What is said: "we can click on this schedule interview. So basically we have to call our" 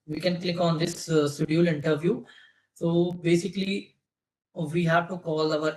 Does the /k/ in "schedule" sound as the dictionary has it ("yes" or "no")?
no